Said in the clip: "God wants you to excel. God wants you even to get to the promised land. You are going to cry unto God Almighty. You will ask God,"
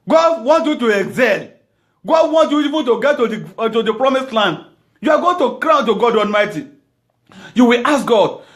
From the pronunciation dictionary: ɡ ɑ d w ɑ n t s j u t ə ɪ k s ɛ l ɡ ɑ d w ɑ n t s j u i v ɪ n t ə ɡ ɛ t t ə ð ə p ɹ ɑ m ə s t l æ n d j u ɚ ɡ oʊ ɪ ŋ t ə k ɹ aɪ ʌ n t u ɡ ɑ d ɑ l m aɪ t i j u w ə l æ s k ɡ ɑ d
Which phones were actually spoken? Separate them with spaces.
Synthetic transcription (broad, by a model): ɡ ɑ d w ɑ n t j u t ə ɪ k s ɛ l ɡ ɑ d w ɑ n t j u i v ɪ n t ə ɡ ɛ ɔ t ə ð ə p ɹ ɑ m ə s t l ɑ n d j u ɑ ɡ oʊ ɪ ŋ t ə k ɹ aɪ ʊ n t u ɡ ɑ d ɑ l m aɪ t i j u w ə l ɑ s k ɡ ɑ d